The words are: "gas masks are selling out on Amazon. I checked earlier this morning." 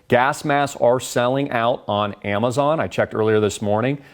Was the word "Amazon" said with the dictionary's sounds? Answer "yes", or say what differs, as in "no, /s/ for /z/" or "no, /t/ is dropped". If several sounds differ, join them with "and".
yes